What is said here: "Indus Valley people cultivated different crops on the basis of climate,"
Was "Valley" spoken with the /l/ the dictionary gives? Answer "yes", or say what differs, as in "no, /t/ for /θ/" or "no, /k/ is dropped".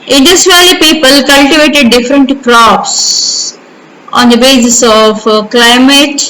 no, /l/ is dropped